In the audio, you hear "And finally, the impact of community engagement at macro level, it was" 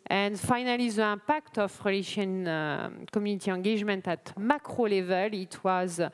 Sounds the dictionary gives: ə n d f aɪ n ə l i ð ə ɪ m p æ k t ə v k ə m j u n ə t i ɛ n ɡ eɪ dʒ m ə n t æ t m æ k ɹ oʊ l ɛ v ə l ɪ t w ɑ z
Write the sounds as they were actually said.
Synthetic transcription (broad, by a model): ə n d f aɪ n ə l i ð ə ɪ p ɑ k t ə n k ə m j u n ə t i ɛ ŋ ɡ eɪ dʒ m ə n t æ t m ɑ k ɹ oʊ l ɛ v ə l ɪ t w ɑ z